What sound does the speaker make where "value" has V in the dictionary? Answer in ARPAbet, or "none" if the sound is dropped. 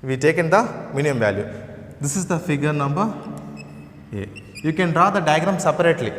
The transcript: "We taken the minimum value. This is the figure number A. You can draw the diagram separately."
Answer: V